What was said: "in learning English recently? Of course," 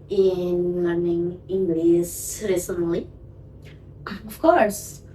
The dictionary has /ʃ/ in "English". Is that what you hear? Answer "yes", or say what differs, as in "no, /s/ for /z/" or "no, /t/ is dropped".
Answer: no, /s/ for /ʃ/